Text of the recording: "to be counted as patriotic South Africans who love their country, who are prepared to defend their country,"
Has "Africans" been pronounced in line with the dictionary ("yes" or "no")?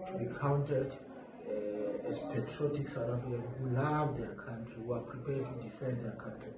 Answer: no